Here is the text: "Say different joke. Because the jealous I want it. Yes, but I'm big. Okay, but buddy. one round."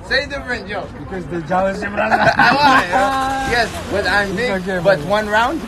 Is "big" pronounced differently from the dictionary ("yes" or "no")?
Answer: yes